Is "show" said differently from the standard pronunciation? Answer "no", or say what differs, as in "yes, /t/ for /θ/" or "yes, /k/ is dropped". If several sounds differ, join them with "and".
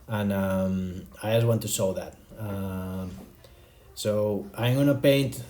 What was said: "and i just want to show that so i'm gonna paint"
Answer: yes, /s/ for /ʃ/